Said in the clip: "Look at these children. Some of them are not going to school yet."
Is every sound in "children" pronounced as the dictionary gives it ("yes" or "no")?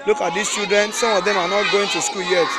no